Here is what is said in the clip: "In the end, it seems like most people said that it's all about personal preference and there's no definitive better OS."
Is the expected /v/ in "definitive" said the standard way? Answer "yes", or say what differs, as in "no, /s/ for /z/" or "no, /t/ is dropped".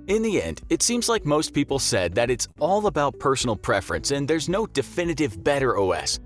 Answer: yes